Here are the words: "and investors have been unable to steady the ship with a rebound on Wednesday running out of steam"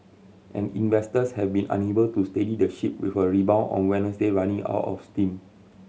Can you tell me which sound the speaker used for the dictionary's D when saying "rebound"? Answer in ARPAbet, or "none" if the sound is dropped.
none